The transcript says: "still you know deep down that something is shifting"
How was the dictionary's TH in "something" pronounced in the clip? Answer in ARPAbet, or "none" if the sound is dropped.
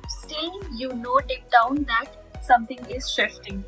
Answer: T